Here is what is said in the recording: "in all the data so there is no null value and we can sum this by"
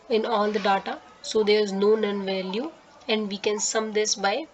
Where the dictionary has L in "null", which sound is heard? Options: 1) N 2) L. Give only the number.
1